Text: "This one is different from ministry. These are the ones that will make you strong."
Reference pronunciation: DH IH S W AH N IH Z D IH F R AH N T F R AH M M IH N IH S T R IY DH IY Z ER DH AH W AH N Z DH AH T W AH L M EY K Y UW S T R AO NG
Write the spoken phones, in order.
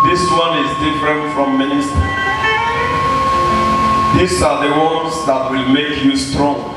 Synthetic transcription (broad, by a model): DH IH S W AH N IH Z D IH F R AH N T F R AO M M IH N IH S T R IY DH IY S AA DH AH W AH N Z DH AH T W AH L M EY K Y UW S T R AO NG